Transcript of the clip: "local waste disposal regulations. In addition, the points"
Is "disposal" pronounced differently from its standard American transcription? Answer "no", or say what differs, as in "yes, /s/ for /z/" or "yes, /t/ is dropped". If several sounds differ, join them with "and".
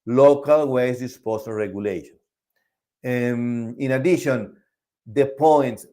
yes, /s/ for /z/